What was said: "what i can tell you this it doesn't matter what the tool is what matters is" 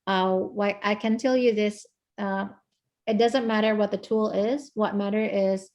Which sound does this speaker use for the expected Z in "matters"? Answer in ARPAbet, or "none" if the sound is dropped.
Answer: none